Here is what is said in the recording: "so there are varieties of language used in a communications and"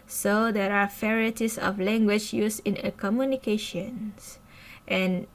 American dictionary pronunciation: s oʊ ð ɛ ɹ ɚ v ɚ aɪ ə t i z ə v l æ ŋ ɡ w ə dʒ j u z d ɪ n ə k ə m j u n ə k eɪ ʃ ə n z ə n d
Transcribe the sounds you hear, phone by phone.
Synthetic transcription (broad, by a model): s oʊ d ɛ ɹ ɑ f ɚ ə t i s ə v l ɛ ŋ ɡ w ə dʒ j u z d ɪ n ə k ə m j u n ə k eɪ ʃ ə n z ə n